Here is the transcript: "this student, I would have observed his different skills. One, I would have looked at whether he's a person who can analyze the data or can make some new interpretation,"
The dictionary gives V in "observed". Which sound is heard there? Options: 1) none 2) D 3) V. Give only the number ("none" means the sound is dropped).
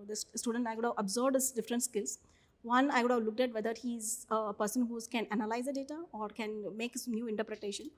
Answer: 1